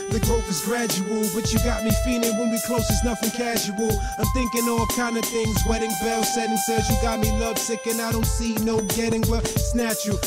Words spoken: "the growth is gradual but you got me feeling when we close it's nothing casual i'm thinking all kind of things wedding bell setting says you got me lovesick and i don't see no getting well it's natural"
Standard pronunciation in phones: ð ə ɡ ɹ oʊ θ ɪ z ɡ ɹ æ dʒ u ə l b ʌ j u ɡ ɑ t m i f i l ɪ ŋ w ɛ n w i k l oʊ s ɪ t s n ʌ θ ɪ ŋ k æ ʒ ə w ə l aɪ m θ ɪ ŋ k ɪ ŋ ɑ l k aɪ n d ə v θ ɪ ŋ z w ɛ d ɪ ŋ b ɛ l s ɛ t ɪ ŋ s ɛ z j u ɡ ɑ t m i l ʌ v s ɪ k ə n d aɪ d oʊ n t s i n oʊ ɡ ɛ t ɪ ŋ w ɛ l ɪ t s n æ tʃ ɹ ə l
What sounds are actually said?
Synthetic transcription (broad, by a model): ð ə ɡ oʊ f ɪ z ɡ ɹ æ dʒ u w l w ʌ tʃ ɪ ɡ ɑ t m i f i l ɪ ŋ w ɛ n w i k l oʊ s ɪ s n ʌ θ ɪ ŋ k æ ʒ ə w l aɪ m θ ɪ ŋ k ɪ ŋ ɑ l k aɪ n d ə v θ ɪ ŋ z w ɛ d ɪ ŋ b ɛ l s ɛ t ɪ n s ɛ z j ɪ ɡ ɑ t m i l ʌ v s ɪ k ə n aɪ d oʊ n t s i n oʊ ɡ ɛ t ɪ ŋ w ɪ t s n æ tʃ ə